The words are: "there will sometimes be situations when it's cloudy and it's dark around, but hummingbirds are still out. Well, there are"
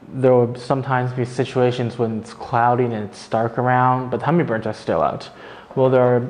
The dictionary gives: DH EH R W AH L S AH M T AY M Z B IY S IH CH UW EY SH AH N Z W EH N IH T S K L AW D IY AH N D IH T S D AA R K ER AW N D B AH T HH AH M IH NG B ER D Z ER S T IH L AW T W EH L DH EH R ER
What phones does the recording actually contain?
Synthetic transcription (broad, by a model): DH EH R W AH S AH M T AY M Z B IY S IH CH UW EY SH AH N Z W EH N IH T S K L AW D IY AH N IH T S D AA R K ER AW N D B AH T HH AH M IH B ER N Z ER S T IH L AW T W EH L DH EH R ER